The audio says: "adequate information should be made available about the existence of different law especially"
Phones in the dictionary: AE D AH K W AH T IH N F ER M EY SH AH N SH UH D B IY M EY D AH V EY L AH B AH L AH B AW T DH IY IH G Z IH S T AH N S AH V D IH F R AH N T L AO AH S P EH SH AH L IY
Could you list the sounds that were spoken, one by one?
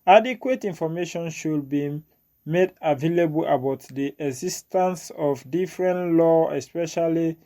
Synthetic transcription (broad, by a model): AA D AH K W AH T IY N F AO M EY SH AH N SH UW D B IY M EY D AH V EY L AH B AH L AH B AW T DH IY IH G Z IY S T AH N S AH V D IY F R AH N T L AO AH S P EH SH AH L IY